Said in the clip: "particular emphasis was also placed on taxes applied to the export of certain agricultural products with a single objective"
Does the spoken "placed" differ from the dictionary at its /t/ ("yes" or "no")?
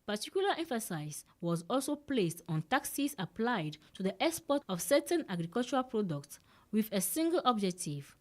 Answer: no